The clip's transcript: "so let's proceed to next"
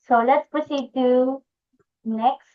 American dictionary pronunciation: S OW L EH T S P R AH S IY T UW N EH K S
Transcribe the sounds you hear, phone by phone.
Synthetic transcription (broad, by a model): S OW L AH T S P AH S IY T UW N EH K S